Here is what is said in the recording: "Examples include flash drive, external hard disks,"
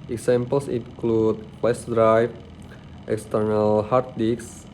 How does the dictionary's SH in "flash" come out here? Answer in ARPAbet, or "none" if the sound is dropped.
S